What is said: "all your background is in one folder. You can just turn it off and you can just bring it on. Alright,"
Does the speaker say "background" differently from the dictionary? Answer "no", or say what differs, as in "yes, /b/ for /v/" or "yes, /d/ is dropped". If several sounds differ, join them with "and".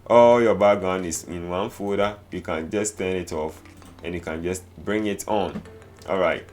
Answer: yes, /k/ is dropped and /ɹ/ is dropped and /d/ is dropped